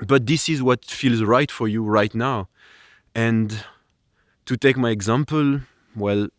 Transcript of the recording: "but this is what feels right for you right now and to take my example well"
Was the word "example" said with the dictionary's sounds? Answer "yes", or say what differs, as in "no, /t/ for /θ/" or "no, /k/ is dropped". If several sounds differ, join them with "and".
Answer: yes